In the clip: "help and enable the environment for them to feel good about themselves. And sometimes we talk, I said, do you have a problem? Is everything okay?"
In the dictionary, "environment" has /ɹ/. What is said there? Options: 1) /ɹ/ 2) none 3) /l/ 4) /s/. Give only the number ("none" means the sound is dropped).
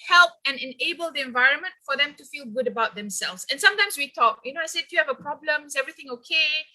1